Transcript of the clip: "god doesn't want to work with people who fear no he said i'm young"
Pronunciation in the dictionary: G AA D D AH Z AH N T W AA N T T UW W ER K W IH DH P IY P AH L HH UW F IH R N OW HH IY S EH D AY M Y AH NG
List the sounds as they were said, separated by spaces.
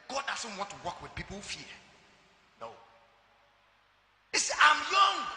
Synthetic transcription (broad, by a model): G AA D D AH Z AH N T W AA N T T UW W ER K W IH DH P IY P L HH UW F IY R N OW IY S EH AY M Y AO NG